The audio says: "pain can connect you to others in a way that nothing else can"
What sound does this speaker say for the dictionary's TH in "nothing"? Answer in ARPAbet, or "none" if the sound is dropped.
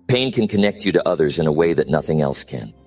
TH